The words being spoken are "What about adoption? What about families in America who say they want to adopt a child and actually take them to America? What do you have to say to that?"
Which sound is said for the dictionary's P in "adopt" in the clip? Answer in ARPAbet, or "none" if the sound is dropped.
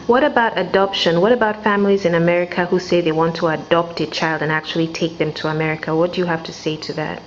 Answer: P